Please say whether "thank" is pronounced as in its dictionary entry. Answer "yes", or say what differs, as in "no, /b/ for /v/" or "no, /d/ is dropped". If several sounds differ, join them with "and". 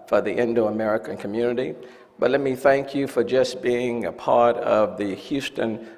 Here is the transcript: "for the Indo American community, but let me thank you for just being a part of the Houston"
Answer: yes